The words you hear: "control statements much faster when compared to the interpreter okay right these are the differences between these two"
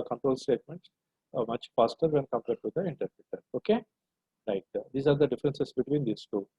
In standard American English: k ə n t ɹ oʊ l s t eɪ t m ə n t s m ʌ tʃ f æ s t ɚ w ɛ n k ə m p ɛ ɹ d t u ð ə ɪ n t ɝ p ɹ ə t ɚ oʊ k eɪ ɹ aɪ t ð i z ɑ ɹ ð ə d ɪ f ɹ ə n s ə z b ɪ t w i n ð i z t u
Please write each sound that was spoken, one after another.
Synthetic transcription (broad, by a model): k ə n t ɹ oʊ l s t eɪ t m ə n t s m ʌ tʃ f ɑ s t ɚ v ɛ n k ə m p ɛ ɹ d t u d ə ɪ n t ɝ p ɹ ə t ɚ oʊ k eɪ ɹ aɪ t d i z ɑ ɹ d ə d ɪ f ɹ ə n s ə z b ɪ t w i n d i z t u